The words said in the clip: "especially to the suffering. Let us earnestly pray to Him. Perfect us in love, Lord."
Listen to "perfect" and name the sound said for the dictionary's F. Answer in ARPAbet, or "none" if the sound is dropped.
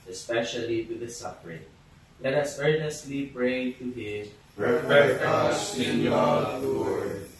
none